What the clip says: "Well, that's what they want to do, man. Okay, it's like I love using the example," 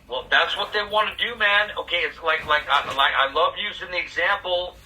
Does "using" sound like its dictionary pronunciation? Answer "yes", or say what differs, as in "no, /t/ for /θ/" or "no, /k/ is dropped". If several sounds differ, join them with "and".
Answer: yes